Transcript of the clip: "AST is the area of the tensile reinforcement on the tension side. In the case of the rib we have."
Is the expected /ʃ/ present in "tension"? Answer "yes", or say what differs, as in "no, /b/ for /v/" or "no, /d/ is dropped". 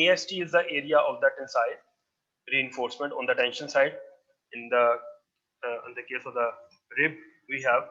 yes